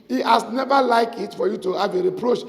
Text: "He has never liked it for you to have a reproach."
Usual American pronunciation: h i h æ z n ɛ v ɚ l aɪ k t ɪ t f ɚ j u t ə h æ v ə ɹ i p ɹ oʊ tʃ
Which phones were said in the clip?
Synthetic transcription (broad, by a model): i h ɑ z n ɛ v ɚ l aɪ k ɪ t f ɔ j u t ə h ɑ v ə ɹ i p ɹ oʊ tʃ